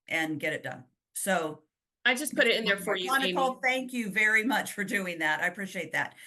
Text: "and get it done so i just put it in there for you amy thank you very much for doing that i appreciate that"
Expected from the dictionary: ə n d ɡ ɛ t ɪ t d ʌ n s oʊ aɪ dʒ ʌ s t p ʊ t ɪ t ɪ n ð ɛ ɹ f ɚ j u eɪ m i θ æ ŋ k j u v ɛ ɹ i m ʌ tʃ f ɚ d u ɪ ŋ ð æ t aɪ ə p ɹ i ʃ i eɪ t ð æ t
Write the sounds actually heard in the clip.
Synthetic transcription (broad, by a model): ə n ɡ ɛ t ɪ t d ʌ n s oʊ aɪ dʒ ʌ s p ʊ t ɪ t ɪ n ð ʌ ɹ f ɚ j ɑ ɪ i θ æ ŋ k j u v ɛ ɹ i m ʌ tʃ f ɚ d u ɪ ŋ ð æ t aɪ ə p ɹ i ʃ i eɪ t ð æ t